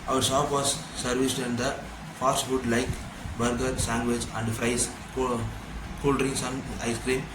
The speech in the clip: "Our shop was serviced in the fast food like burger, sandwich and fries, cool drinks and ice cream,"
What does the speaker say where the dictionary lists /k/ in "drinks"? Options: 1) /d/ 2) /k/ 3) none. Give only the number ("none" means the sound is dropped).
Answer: 3